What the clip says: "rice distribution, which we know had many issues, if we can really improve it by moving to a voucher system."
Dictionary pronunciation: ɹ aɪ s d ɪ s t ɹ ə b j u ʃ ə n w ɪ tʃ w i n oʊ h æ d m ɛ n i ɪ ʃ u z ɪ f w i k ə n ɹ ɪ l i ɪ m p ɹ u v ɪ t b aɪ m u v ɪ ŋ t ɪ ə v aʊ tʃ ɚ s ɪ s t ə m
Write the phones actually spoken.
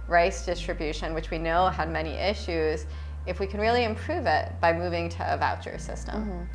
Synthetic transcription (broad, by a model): ɹ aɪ s d ɪ s t ɹ ə b j u ʃ ə n w ɪ tʃ w i n oʊ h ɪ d m ɛ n i ɪ ʃ u z ɪ f w i k ə n ɹ ɪ l i ɪ m p ɹ u v ɪ t b aɪ m u v ɪ ŋ t ɪ ə v aʊ tʃ ɚ s ɪ s t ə m